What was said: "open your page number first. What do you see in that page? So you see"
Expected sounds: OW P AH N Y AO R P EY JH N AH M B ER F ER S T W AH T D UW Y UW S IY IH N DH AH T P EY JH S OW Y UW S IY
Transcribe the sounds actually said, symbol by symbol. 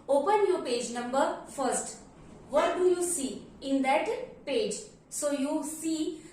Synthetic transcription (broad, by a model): OW P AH N Y AO R P EY JH N AH M B ER F ER S T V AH T D UW Y UW S IY IH N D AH T P EY JH S OW Y UW S IY